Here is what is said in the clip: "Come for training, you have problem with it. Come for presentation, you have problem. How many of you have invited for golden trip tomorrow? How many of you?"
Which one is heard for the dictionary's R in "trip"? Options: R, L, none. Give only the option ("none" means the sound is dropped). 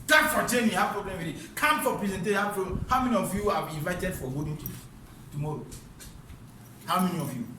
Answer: none